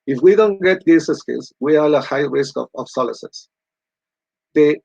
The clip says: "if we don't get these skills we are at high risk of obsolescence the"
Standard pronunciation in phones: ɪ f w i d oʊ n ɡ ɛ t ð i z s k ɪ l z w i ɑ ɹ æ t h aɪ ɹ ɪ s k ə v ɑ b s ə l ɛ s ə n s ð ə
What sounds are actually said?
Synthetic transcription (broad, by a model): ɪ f w i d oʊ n ɡ ɛ t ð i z s k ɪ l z w i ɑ l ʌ h aɪ ɹ ɪ s k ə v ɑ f s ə l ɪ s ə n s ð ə